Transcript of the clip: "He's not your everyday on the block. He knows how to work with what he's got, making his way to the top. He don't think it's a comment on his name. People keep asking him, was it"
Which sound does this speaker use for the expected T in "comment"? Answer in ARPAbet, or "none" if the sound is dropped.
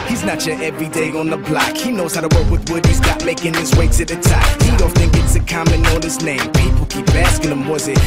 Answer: none